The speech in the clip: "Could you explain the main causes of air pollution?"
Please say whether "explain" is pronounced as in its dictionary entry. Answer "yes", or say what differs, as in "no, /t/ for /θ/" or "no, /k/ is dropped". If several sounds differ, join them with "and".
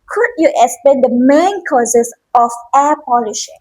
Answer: no, /l/ is dropped